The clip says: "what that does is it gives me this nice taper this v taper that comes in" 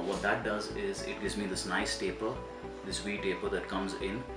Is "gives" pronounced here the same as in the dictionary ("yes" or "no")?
yes